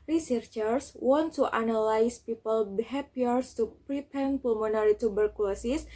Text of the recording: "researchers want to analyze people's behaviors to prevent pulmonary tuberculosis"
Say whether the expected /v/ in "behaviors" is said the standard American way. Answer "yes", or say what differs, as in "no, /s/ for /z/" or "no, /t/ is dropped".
no, /p/ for /v/